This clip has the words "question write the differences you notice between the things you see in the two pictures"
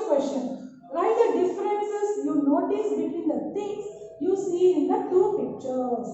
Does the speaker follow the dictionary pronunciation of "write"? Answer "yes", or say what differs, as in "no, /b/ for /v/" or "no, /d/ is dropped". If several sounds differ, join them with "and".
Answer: no, /l/ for /ɹ/